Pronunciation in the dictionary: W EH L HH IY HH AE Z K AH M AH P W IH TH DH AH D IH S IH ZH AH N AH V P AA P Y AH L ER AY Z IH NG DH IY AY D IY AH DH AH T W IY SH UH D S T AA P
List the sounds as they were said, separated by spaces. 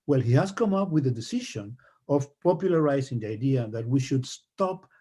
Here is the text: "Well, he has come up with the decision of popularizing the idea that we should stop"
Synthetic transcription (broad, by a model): W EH L HH IY HH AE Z K AH M AH P W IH DH AH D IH S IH SH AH N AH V P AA P Y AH L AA AY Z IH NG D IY AY D IY AH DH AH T W IY SH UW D S T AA P